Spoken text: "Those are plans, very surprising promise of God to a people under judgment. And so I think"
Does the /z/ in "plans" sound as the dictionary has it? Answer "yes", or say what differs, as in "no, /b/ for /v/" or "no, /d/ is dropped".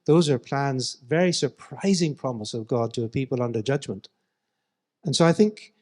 yes